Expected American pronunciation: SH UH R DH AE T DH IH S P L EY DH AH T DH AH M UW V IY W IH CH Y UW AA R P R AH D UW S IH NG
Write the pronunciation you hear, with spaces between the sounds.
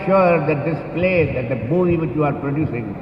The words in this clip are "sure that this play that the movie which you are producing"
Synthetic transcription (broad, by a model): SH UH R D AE T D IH S P L EY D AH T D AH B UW IY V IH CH Y UW AA R P R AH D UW S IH NG